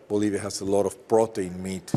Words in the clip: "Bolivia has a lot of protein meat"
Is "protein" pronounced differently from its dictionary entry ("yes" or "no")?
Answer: yes